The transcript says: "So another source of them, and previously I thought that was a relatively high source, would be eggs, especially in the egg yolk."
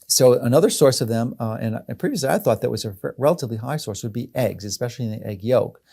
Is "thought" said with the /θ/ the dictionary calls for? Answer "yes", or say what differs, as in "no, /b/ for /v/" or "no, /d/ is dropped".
yes